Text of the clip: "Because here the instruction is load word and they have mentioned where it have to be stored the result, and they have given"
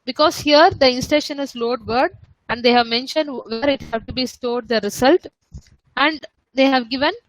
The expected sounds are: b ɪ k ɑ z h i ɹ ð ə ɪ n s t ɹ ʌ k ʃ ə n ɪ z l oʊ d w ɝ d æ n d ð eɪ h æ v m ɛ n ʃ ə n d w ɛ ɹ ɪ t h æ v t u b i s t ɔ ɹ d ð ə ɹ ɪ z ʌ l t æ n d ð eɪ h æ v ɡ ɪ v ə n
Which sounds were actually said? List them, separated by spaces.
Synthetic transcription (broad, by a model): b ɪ k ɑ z h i ɹ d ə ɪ n s t ɛ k ʃ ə n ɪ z l oʊ d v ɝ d æ n d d eɪ h æ v m ɛ n ʃ ə n d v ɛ ɹ ɪ t h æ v t u b i s t ɔ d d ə ɹ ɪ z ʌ l t æ n d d eɪ h æ v ɡ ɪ v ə n